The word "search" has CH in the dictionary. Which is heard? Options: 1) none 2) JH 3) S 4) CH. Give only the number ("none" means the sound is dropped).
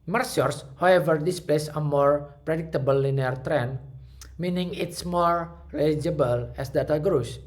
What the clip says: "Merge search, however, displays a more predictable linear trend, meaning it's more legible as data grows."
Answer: 3